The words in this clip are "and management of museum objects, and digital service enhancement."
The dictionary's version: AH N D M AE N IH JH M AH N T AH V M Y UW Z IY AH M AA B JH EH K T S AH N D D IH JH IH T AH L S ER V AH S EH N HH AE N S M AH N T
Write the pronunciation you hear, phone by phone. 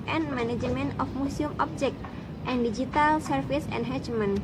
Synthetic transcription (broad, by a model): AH N M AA N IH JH M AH N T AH F M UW S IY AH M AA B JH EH K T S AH N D D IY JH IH T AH L S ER F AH S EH N HH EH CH M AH N